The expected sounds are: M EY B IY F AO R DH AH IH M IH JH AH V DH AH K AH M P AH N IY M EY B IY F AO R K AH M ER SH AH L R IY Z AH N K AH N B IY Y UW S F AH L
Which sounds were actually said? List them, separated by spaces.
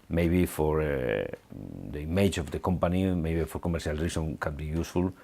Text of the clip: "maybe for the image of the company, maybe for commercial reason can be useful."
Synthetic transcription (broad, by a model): M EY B IY F AO R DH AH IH M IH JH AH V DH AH K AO M P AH N IY M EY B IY F AO R K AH M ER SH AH L R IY S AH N K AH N B IY Y UW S F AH L